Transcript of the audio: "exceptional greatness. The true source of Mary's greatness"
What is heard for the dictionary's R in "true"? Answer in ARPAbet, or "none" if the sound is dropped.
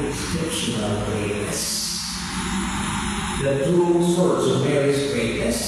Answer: none